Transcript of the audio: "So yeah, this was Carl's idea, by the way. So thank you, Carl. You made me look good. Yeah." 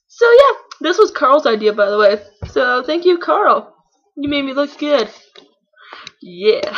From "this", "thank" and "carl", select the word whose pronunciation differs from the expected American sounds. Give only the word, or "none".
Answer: none